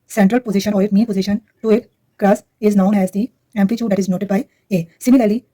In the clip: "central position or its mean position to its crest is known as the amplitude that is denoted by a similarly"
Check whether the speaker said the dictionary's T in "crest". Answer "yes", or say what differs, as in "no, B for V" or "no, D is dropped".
no, T is dropped